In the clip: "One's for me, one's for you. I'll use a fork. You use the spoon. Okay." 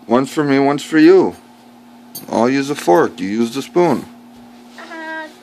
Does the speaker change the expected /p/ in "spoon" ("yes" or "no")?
no